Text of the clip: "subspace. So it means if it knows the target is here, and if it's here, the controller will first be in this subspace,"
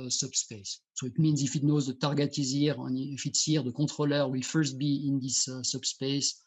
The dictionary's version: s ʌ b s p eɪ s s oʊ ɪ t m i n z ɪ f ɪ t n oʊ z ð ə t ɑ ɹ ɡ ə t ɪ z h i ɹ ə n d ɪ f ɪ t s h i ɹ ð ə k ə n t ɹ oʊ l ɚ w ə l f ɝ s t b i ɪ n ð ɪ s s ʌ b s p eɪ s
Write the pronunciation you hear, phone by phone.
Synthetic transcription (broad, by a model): s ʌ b s p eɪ s s oʊ ɪ t m i n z ɪ f ɪ t n oʊ z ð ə t ɑ ɹ ɡ ə t ɪ z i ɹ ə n ɪ f ɪ t s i ɹ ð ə k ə t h oʊ l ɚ w ə l f ɝ s t b i ɪ n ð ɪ s s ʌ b s p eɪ s